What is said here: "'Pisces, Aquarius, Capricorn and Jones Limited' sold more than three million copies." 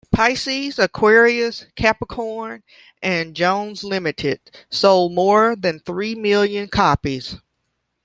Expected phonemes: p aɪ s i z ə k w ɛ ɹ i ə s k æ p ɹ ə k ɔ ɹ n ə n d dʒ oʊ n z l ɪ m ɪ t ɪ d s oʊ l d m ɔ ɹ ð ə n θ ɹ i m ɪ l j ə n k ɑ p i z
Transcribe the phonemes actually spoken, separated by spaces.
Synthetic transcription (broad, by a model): p aɪ s i z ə k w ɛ ɹ i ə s k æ p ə k ɔ ɹ n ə n dʒ oʊ n z l ɪ m ɪ t ɪ d s oʊ l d m ɔ ɹ ð ə n θ ɹ i m ɪ l j ə n k ɑ p i z